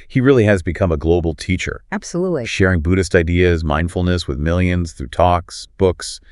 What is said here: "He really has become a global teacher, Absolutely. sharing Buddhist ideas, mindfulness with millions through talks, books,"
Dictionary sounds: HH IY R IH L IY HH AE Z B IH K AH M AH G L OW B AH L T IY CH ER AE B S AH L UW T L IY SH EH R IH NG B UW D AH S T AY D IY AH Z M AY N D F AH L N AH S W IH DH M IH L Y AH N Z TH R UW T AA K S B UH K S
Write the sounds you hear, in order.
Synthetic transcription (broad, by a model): HH IY R IH L IY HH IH Z B IH K AH M AH G L OW B L T IY CH ER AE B S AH L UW T L IY SH EH R IH NG B UW D AH S T AY D IY AH Z M AY N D F L N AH S W IH DH M IH L Y AH N Z TH R UW T AA K S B UH K S